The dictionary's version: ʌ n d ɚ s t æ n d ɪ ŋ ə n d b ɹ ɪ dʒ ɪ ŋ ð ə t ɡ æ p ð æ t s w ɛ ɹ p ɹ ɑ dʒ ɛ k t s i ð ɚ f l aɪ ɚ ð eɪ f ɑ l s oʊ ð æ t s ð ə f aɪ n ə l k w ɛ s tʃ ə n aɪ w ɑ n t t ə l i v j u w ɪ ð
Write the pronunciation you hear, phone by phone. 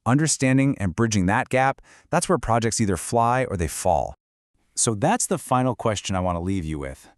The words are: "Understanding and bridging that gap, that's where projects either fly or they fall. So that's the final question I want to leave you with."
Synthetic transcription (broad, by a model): ʌ n d ɚ s t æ n d ɪ ŋ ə n b ɹ ɪ dʒ ɪ ŋ ð ə t ɡ æ p ð æ t s w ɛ ɹ p ɹ ɑ dʒ ɛ k t s i ð ɚ f l aɪ ɚ ð eɪ f ɑ l s oʊ ð æ t s ð ə f aɪ n l k w ɛ s tʃ ə n aɪ w ɑ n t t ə l i v j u w ɪ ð